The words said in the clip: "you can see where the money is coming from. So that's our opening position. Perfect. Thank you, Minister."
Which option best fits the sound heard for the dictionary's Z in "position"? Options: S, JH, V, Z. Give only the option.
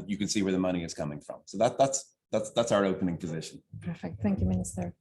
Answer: Z